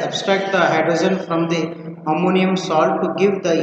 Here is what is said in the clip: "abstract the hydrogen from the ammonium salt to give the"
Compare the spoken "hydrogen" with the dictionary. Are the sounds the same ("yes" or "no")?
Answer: no